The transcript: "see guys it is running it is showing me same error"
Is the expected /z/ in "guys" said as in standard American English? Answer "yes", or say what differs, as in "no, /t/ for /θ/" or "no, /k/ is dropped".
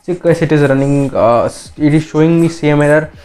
no, /s/ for /z/